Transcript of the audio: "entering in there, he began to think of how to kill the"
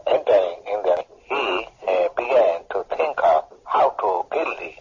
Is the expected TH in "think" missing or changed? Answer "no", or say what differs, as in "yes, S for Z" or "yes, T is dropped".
yes, T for TH